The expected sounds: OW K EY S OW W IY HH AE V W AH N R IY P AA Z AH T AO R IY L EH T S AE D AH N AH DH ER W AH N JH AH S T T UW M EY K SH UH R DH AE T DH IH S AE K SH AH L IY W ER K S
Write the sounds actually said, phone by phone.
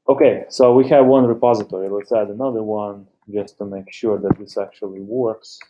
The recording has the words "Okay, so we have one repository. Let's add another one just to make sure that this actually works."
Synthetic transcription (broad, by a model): OW K EY S OW W IY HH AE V W AH N R IY P AA Z AH T AO R IY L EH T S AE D AH N AH DH ER W AH N JH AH S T T UW M EY K SH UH R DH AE T DH IH S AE K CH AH L IY W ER K S